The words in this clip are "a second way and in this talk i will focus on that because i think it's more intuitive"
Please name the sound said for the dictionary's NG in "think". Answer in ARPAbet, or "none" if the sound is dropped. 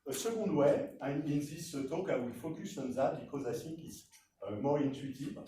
none